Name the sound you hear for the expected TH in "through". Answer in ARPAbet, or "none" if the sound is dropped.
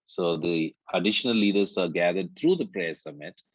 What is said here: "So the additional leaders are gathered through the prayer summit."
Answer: T